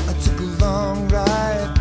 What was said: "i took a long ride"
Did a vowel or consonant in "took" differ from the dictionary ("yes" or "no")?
no